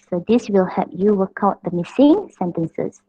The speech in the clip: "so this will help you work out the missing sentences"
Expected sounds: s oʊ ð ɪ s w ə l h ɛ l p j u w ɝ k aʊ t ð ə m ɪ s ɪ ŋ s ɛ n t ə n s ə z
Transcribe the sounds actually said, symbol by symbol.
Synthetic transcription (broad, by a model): s oʊ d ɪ s w ə l h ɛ p j u w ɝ k aʊ t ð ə m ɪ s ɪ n s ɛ n t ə n s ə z